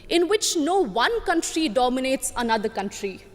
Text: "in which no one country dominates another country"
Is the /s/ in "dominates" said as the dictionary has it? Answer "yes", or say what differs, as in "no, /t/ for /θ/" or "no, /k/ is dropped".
yes